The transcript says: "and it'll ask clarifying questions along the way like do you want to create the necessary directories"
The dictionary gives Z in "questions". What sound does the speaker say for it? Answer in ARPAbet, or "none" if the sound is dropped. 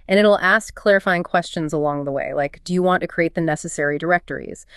Z